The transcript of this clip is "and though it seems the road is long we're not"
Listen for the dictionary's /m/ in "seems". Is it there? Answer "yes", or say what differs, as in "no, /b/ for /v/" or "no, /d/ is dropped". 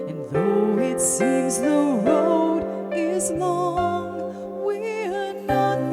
no, /m/ is dropped